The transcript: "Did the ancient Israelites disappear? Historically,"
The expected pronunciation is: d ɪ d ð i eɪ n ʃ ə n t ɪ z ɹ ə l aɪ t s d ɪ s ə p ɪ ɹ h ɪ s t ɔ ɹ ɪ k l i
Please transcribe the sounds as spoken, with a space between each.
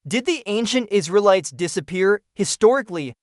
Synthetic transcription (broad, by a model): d ɪ d ð i eɪ n ʃ ə n t ɪ z ɹ ə l aɪ t s d ɪ s ə p ɪ ɹ h ɪ s t ɔ ɹ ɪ k l i